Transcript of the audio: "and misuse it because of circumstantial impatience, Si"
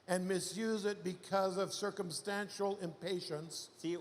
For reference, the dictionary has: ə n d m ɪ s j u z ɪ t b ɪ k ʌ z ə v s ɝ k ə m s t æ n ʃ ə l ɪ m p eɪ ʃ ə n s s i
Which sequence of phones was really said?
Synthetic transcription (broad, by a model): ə n m ɪ s j u z ɪ t b ɪ k ʌ z ə v s ɝ k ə m s t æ n ʃ l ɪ m p eɪ ʃ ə n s s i